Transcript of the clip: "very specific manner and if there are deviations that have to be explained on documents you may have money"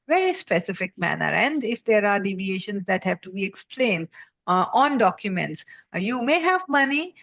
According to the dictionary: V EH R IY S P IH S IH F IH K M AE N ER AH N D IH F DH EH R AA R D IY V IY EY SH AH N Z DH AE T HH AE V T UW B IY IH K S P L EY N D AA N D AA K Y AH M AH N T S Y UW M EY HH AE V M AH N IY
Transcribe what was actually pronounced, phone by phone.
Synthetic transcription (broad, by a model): V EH R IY S P IH S IH F IH K M AE N ER AH N D IH F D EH R AA R D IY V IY EY SH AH N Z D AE T HH AE V T UW B IY IH K S P L EY N D AA N D AA K Y AH M AH N T S Y UW M EY HH AE V M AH N IY